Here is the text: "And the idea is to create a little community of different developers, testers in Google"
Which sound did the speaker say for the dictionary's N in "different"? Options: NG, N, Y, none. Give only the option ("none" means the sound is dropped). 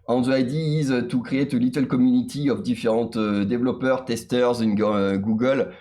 none